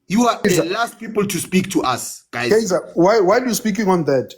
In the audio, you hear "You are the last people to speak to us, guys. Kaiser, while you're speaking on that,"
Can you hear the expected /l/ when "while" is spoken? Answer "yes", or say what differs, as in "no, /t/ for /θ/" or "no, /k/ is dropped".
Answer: no, /w/ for /l/